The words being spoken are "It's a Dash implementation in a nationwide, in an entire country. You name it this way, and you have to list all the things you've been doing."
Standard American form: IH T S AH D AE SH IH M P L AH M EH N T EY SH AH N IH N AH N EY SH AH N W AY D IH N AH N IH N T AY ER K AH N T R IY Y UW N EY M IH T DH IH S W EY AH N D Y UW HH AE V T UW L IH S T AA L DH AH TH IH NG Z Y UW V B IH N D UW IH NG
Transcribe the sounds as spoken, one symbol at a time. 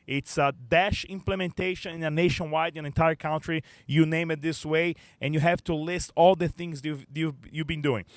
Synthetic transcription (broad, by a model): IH T S AH D AE SH IH M P L AH M EH N T EY SH AH N IH N AH N EY SH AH N W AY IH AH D IH N T AY ER K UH N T R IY Y UW N EY M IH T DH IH S W EY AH N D Y UW HH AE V T UW L IH S T AA L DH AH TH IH NG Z Y UW V B IH N D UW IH NG